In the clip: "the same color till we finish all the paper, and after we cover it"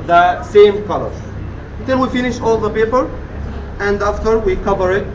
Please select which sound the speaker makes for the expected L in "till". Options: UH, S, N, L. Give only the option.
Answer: N